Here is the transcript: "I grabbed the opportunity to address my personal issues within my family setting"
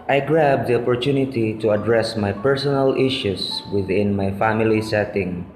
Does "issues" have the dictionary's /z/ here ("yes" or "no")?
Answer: no